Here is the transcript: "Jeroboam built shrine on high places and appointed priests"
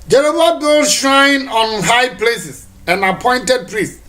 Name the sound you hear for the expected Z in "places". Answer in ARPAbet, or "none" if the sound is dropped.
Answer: S